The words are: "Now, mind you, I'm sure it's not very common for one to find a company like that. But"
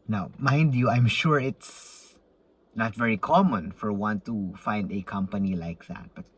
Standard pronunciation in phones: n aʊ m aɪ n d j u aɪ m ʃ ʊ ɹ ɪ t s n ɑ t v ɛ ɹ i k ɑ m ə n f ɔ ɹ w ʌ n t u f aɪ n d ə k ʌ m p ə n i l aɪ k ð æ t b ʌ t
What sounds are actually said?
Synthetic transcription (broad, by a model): n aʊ m aɪ n d j u aɪ m ʃ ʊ ɹ ɪ t s n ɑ t v ɛ ɹ i k ɑ m ə n f ɔ ɹ w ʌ n t u f aɪ n d ə k ʌ m p ə n i l aɪ k ð æ t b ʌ t